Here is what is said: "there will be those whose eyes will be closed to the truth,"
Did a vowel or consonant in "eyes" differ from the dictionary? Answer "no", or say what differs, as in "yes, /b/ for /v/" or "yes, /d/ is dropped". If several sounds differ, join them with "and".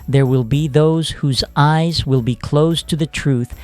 no